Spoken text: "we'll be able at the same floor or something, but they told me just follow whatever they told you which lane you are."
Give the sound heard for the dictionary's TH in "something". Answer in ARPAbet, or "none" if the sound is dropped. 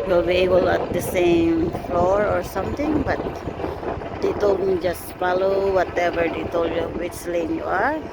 T